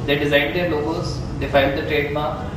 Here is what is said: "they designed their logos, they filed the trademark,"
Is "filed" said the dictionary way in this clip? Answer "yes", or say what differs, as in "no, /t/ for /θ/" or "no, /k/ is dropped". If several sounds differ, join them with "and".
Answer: no, /n/ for /l/